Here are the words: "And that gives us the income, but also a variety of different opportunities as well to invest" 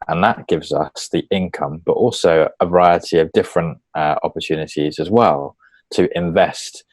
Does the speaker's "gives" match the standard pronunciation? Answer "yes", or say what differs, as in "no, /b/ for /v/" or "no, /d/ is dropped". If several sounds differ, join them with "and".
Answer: yes